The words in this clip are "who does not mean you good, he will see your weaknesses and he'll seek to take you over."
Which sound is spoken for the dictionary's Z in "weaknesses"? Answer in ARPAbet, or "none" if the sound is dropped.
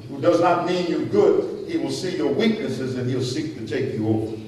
Z